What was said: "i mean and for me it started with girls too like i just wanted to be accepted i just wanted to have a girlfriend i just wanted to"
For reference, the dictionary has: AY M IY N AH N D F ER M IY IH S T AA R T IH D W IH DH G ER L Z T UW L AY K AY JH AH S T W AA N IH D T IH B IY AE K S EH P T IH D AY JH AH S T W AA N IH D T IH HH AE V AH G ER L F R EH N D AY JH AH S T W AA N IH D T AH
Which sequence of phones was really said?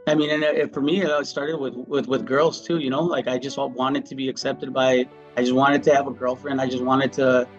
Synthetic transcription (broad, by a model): AY M IY N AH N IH F ER M IY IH S T AA R T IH D W IH DH G ER L Z T UW L AY K AY JH AH S T W AA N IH D T IH B IY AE K S EH P T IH D AY JH AH S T W AA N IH D T IH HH V AH G ER L F R EH N D AY JH AH S T W AA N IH D T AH